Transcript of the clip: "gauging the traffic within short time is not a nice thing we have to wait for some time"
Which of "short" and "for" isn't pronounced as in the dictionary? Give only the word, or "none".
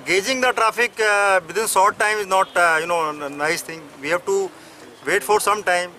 short